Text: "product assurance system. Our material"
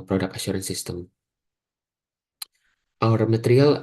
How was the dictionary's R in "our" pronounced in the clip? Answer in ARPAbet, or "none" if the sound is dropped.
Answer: R